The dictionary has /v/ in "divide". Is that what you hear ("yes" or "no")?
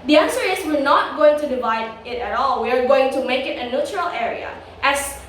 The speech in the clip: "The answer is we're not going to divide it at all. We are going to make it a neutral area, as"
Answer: yes